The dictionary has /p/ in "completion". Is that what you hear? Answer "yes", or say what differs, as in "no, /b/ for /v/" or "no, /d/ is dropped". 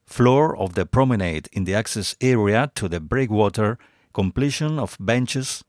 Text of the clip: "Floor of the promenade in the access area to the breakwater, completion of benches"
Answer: yes